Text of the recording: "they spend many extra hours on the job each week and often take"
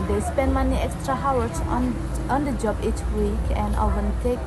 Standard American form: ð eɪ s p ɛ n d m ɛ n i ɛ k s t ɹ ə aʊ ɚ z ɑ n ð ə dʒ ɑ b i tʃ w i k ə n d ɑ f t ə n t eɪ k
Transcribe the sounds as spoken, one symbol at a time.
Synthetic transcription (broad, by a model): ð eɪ s p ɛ n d m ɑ n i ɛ k s t ɹ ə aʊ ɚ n ɑ n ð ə dʒ ɑ b i tʃ w i k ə n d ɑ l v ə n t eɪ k